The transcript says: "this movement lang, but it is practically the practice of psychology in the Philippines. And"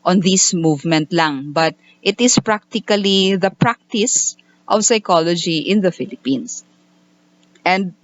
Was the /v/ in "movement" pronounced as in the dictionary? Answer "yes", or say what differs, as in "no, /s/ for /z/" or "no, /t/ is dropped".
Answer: yes